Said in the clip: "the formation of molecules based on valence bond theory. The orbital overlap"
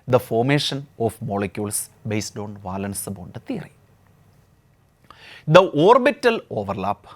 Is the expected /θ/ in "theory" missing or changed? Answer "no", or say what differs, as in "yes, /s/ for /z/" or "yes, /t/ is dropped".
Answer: yes, /t/ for /θ/